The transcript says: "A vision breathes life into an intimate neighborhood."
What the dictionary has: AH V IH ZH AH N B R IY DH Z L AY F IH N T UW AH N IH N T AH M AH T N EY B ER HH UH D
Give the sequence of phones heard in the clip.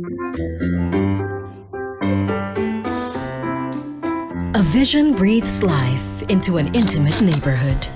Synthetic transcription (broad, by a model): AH V IH ZH AH N B R IY DH Z L AY F IH N T UW AH N IH N T AH M AH T N EY B ER HH UH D